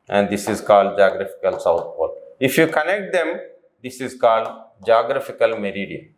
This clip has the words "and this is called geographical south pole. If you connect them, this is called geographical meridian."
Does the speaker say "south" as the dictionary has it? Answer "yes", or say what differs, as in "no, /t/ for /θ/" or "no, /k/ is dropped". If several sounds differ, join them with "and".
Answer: no, /t/ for /θ/